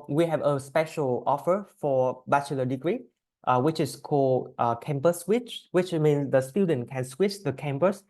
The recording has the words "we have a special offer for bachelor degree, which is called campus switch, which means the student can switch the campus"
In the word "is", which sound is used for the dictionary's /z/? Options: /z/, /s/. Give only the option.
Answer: /s/